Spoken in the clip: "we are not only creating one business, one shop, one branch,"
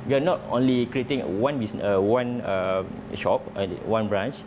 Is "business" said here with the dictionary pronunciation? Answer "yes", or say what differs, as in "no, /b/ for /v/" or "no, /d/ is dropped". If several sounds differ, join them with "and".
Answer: no, /s/ is dropped